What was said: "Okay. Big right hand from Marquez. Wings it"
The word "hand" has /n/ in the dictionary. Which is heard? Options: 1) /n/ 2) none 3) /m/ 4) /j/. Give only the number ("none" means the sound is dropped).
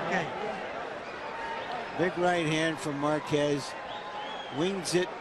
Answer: 1